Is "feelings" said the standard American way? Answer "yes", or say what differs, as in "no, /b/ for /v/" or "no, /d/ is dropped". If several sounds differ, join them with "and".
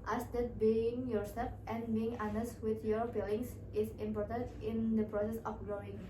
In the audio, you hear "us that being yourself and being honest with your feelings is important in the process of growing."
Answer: no, /p/ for /f/ and /s/ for /z/